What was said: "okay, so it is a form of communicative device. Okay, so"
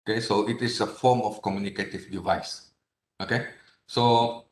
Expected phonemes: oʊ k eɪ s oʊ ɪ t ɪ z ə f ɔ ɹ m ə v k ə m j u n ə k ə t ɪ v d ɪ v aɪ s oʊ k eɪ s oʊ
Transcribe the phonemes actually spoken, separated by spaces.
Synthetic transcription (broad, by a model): k eɪ s oʊ ɪ t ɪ s ə f ɔ m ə f k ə m j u n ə k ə t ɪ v d ɪ v aɪ s oʊ k eɪ s oʊ